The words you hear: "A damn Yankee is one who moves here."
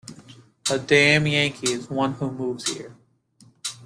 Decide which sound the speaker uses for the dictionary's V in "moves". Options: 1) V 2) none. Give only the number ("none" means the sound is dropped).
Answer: 1